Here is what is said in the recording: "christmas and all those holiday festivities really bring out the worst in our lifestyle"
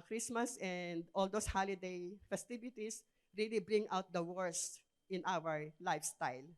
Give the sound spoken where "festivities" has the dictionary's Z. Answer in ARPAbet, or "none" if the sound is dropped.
S